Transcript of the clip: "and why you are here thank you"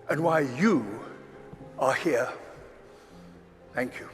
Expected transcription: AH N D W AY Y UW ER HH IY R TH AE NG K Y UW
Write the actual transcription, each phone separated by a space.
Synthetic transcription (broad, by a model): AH N W AY Y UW ER HH IY R TH AE NG K Y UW